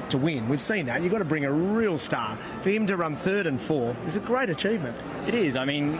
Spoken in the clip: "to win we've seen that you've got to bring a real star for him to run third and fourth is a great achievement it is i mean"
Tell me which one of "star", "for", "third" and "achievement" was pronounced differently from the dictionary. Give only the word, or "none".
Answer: none